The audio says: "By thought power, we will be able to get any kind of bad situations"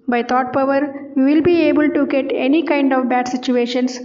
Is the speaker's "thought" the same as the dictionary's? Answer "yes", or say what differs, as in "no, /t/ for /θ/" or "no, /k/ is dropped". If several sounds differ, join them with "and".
no, /t/ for /θ/